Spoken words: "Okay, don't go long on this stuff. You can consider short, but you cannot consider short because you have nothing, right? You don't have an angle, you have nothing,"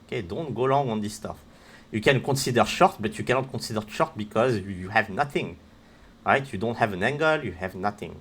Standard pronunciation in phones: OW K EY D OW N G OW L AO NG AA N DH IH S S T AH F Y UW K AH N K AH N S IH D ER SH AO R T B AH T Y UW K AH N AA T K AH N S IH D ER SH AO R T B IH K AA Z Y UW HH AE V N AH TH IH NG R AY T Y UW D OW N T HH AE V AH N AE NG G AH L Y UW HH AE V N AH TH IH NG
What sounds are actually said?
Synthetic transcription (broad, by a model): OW K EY D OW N G OW L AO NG AA N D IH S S T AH F Y UW K AH N K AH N S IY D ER SH AO R T B AH T Y UW K AH N AA T K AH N S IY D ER SH AO R T B IH K AA Z Y UW HH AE V N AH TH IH NG R AY T Y UW D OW N T HH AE V AH N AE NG G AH L Y UW HH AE V N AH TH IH NG